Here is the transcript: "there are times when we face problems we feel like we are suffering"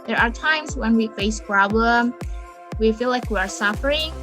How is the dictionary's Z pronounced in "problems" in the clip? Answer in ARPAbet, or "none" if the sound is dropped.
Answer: none